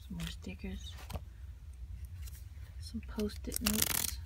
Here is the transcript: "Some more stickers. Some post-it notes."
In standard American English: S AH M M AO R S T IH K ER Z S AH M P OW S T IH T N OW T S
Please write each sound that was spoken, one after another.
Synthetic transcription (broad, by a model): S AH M M AO R S T IH K ER Z S AH M P OW S T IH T N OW T S